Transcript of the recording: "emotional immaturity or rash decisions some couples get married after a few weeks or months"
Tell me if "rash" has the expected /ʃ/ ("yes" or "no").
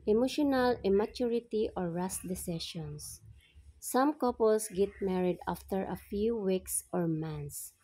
no